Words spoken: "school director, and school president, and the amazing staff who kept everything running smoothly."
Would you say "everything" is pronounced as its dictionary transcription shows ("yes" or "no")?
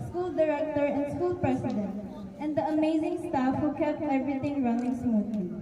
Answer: no